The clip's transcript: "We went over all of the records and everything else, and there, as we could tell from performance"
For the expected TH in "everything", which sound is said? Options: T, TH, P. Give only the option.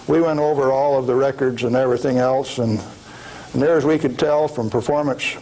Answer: TH